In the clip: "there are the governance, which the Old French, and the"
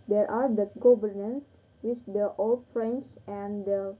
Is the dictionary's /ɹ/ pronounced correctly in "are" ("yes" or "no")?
yes